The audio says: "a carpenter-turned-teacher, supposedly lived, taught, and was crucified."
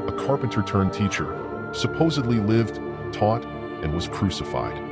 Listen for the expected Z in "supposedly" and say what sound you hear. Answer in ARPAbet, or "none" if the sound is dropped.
Z